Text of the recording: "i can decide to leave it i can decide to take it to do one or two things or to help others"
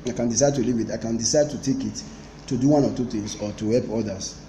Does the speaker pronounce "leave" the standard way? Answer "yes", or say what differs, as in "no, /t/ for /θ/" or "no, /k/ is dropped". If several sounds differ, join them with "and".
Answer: yes